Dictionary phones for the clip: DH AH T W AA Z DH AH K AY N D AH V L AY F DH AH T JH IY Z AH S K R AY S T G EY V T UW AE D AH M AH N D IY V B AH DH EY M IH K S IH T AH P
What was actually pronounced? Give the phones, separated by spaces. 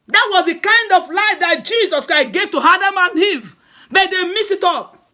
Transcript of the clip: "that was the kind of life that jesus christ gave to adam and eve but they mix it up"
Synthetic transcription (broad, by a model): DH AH T W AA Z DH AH K AY N D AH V L AY F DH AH T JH IY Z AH S K R AY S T G EY V T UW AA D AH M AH N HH IY V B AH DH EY M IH S IH T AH P